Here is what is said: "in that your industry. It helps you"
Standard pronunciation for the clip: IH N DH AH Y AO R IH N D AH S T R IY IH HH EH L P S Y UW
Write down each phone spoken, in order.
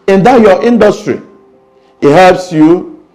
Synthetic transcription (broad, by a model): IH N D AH Y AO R IH N D AH S T R IY IH HH EH L P S Y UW